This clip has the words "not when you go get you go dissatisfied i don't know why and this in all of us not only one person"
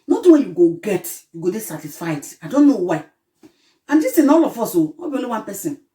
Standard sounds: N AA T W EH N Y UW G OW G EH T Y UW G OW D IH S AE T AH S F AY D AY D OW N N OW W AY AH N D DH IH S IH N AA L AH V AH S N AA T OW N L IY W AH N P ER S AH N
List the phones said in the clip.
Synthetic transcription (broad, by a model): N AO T W EH N Y UW G OW G EH T Y UW G OW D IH S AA T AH S F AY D AY D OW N N OW W AY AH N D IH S IH N AA L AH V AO S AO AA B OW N IY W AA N P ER S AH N